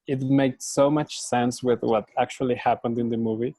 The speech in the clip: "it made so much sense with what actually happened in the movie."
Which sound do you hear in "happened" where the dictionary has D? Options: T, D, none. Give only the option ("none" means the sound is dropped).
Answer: D